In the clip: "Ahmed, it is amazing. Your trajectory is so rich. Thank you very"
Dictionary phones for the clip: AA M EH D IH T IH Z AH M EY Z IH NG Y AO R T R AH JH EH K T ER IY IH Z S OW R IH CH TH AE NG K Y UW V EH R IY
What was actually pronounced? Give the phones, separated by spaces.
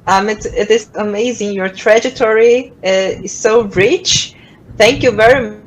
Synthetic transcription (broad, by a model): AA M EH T IH T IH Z AH M EY Z IH NG Y AO R T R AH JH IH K T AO IY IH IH S OW R IH CH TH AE NG K Y UW V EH R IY